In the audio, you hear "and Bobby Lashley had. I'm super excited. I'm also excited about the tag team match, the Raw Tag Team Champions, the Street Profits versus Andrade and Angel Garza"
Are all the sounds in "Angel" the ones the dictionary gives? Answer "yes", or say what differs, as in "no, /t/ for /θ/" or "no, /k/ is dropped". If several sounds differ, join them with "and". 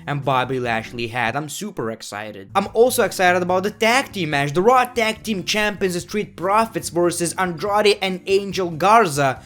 yes